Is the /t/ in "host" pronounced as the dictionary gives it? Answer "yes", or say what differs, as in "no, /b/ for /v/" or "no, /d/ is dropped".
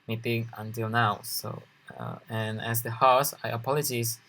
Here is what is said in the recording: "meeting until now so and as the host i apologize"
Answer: no, /t/ is dropped